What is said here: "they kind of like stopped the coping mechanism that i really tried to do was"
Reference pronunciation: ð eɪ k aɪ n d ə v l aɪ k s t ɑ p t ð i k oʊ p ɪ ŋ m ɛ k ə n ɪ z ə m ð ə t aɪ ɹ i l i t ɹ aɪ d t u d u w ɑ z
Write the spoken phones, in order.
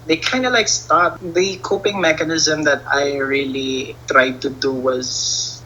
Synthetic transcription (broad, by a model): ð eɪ k aɪ n d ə l aɪ k s t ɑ t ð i k oʊ p ɪ ŋ m ɛ k ə n ɪ z ə m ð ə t aɪ ɹ i l i t ɹ aɪ d t u d u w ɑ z